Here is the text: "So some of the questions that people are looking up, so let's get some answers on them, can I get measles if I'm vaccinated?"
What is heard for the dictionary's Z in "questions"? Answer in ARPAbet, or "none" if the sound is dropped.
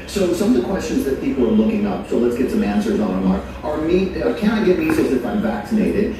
Z